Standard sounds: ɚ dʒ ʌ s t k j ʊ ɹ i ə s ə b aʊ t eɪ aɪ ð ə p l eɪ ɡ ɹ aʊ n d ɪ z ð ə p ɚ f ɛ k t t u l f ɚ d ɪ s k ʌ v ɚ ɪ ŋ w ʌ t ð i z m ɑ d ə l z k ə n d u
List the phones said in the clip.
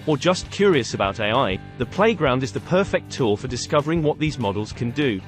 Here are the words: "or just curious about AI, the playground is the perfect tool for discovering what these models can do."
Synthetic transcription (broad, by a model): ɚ dʒ ʌ s k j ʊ ɹ i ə s ə b aʊ t eɪ aɪ ð ə p l eɪ ɡ ɹ aʊ n d ɪ z ð ə p ɚ f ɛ k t t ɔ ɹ f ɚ d ɪ s k ʌ v ɚ ɪ ŋ w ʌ t ð i z m ɑ d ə l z k ə n d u